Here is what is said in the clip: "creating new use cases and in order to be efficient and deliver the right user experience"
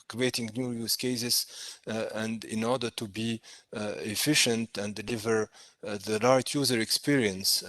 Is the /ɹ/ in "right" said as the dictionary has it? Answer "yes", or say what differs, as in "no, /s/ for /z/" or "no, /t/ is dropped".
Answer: no, /l/ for /ɹ/